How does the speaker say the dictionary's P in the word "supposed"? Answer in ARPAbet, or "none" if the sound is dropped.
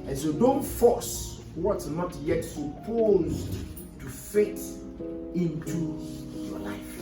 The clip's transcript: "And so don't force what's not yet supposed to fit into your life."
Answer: P